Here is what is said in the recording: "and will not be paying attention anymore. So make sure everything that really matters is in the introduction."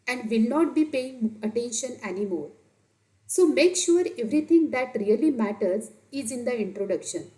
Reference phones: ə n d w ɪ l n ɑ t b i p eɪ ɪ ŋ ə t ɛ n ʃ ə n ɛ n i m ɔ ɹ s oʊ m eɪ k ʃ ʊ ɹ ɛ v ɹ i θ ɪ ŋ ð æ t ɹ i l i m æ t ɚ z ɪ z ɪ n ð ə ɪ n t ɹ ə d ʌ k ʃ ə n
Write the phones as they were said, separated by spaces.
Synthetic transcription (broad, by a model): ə n d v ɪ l n ɑ t b i p eɪ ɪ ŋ ə t ɛ n ʃ ə n ɛ n i m ɔ ɹ s oʊ m eɪ k ʃ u ɹ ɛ v ɹ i t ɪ ŋ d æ t ɹ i l i m æ t ɚ z ɪ z ɪ n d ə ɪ n t ɹ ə d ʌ k ʃ ə n